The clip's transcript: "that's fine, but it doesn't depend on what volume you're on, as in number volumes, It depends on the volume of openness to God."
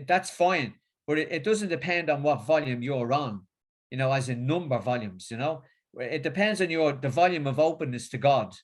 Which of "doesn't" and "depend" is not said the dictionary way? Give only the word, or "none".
none